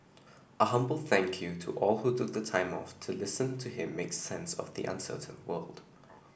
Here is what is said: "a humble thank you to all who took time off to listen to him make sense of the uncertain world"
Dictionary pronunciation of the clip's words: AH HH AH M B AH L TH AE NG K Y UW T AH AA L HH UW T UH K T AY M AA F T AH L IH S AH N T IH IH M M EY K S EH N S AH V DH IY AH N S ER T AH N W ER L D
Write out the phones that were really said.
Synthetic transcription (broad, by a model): AH HH AH M B AH L TH AE NG K Y UW T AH AA L HH UW T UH K T AY M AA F T AH L IH S AH N T IH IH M M EY K S EH N S AH V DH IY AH N S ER T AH N W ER L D